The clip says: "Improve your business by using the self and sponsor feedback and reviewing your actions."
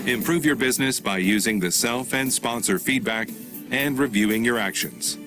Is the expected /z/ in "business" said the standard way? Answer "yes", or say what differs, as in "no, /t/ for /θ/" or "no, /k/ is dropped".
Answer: yes